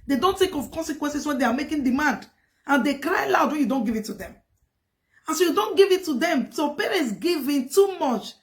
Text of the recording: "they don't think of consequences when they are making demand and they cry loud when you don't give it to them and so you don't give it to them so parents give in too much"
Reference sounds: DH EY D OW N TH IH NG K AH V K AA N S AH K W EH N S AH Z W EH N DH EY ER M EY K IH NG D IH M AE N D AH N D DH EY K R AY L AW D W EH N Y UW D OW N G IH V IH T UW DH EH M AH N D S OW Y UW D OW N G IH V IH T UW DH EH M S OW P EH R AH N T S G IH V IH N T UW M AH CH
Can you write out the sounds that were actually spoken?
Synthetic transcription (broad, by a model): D EY D OW N T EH K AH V K AA N S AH K W EH N S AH S W EH N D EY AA M EY K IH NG D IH M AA N D AH N D EY K R AY L AW D W EH N Y UW D OW N G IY V IH T UW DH EH M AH N S OW Y UW D OW N G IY V IH T UW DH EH M S OW P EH R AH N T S G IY V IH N T UW M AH CH